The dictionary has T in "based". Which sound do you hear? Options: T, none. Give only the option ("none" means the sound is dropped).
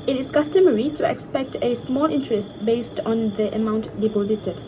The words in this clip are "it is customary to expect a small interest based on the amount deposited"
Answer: T